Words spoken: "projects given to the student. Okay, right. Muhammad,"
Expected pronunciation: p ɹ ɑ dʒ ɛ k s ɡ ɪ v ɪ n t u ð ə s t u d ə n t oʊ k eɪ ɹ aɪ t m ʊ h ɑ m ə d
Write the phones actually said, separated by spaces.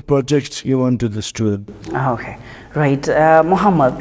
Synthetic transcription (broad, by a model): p ɹ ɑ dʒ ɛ k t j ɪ ɪ n t u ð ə s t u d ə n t oʊ k eɪ ɹ aɪ t m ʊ h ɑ m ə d